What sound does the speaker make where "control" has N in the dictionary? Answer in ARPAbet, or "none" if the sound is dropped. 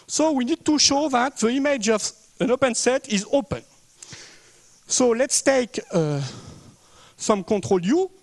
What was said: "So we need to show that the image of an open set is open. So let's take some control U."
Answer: none